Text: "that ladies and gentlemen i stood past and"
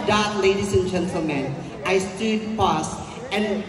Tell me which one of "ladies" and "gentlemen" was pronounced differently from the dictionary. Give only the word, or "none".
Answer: ladies